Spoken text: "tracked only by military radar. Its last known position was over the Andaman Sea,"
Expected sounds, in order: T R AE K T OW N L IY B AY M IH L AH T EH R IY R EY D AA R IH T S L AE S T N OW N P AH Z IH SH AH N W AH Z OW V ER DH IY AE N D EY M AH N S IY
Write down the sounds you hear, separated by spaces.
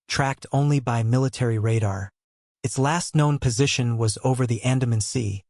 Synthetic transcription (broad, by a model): T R AE K T OW N L IY B AY M IH L AH T EH R IY R EY D AA R IH T S L AE S T N OW N P AH Z IH SH AH N W AH Z OW V ER DH IY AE N D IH M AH N S IY